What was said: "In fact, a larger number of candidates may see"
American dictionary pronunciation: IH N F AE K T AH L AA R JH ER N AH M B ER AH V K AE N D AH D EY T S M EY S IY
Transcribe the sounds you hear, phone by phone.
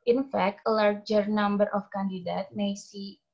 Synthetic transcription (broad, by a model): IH N F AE K T AH L AA R JH ER N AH M B ER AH F K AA N D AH D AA T M EY S IY